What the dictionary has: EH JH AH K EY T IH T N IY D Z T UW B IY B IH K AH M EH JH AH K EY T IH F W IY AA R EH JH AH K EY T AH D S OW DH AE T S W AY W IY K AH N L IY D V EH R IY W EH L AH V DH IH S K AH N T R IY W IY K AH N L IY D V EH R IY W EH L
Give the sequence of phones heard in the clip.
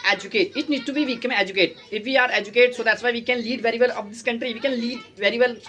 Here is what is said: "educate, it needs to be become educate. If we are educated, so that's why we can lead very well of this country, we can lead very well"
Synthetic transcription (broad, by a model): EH JH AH K EY T IH T N IY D T UW B IY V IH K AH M EH JH AH K EY T IH F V IY AA R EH JH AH K EY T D S OW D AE T S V AY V IY K AH N L IY D V EH R IY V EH L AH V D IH S K AH N T R IY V IY K AH N L IY D V EH R IY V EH L